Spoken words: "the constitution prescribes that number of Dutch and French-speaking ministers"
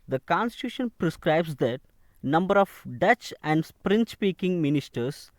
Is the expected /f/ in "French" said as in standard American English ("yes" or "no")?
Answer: no